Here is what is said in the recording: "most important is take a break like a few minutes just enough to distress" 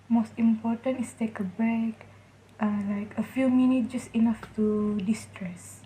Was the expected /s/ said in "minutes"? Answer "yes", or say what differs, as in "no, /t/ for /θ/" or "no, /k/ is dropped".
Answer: no, /s/ is dropped